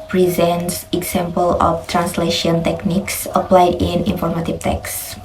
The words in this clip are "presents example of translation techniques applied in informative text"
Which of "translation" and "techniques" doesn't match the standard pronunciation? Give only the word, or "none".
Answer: none